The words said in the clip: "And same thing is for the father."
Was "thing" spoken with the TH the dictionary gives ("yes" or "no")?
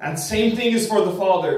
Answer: yes